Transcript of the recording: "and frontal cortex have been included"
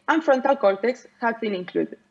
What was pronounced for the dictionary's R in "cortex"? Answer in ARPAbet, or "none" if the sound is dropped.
L